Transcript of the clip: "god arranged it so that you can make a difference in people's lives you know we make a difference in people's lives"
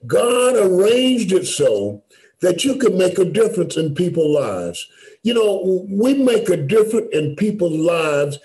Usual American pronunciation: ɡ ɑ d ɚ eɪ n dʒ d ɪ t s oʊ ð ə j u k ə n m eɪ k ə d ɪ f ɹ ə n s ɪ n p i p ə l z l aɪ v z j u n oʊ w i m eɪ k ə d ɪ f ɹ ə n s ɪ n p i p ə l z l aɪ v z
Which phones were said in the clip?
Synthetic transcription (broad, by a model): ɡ ɑ d ɚ eɪ n dʒ d ɪ t s oʊ ð ə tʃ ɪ k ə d m eɪ k ə d ɪ f ɹ ə n s ɪ n p i p l l aɪ v z j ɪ n oʊ w i m eɪ k ə d ɪ f ɹ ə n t ɪ n p i p l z l aɪ v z